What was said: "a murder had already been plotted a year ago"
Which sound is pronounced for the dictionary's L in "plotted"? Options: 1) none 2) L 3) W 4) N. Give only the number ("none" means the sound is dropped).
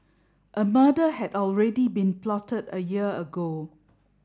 2